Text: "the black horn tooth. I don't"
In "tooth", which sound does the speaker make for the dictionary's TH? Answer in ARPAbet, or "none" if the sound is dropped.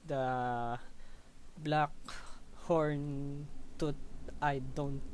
T